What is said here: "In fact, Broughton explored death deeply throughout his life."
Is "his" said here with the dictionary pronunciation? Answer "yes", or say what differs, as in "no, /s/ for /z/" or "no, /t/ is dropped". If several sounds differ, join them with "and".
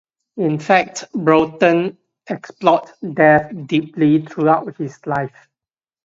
no, /s/ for /z/